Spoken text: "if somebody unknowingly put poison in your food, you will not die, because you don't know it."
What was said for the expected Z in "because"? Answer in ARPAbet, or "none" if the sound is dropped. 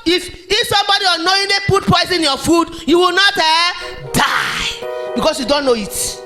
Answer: S